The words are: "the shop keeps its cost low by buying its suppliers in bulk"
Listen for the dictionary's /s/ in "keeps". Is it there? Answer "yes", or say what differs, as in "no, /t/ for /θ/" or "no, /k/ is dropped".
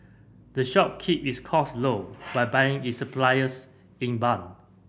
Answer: no, /s/ is dropped